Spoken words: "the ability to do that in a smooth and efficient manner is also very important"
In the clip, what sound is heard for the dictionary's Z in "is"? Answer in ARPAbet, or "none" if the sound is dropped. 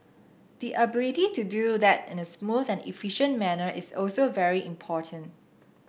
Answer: S